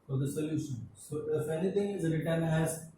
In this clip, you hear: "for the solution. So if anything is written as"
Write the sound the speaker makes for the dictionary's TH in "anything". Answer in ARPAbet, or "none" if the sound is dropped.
T